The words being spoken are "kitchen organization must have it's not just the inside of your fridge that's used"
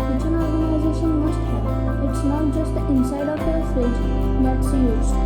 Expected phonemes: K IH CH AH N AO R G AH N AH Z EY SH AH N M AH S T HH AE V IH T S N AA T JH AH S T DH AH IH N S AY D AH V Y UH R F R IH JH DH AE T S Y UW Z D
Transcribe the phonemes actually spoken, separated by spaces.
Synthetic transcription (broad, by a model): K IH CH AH N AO R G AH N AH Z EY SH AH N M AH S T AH IH T S N AA T JH AH S T IH N S AY D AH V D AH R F IH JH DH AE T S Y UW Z